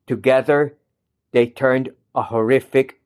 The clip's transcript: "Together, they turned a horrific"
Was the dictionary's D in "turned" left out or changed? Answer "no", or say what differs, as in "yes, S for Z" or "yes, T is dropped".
no